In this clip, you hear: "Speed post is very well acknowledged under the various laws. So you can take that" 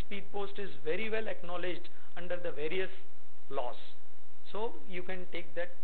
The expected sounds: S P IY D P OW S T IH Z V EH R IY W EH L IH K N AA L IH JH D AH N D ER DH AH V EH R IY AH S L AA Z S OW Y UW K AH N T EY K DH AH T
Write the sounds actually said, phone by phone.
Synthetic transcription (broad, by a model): S P IY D P OW S T IH Z V EH R IY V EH L IH K N AA L IH JH D AH N D ER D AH V EH R IY AH S L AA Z S OW Y UW K AH N T EY K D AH T